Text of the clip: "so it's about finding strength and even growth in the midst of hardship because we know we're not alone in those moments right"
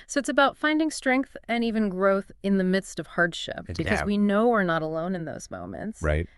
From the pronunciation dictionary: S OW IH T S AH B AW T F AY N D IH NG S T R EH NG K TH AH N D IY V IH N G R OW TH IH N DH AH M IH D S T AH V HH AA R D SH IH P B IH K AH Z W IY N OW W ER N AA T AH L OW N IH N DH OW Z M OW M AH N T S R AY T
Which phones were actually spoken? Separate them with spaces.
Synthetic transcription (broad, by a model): S OW IH T S AH B AW T F AY N D IH NG S T R EH NG K TH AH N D IY V IH N G R OW TH IH N DH AH M IH D S T AH V HH AA R D SH IH P B IH K AH Z W IY N OW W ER N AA T AH L OW N IH N DH OW Z M OW M AH N T S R AY T